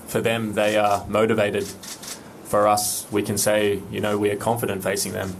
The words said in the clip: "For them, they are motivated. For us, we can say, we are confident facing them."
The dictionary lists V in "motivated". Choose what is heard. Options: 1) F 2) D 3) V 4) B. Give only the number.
3